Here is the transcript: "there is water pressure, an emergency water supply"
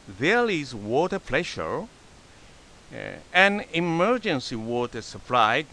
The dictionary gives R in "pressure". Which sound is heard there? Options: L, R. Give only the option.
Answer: L